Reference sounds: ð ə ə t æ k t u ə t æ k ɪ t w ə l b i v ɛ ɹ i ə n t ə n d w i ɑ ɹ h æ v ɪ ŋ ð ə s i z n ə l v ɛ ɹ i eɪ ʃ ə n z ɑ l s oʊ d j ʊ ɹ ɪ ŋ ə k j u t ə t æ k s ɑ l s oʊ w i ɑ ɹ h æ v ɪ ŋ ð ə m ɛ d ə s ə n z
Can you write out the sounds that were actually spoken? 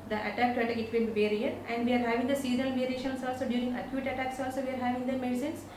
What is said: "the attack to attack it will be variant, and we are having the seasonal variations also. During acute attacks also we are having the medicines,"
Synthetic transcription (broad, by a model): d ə ə t æ k t u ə t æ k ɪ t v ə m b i v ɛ ɹ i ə t ə n d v i ɑ ɹ h æ v ɪ ŋ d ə s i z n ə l v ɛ ɹ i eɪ ʃ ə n s ɑ l s oʊ d j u ɹ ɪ ŋ ə k j u t ə t æ k s ɑ l s oʊ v i ɑ ɹ h æ v ɪ ŋ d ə m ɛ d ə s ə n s